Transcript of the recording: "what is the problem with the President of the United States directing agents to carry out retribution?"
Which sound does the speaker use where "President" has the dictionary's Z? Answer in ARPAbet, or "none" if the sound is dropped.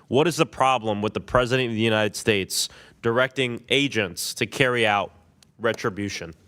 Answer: Z